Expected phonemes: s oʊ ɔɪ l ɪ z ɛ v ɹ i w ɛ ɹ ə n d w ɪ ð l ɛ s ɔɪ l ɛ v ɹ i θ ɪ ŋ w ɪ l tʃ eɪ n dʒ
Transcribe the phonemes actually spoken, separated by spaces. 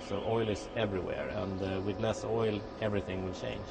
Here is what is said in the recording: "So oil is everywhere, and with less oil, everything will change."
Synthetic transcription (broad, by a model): s oʊ ɔɪ l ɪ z ɛ v ɹ i w ɛ ɹ ə n d w ɪ ð l ɛ s ɔɪ l ɛ v ɹ i θ ɪ ŋ w ɪ l tʃ eɪ n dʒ